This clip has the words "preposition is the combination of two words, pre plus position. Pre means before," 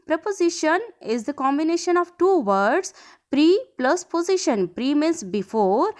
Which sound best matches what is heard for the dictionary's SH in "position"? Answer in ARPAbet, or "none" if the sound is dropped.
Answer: SH